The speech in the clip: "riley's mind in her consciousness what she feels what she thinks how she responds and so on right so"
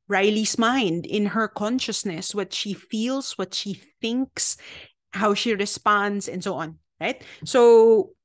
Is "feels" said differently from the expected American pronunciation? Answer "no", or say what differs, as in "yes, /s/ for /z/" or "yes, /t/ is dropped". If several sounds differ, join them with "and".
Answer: yes, /s/ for /z/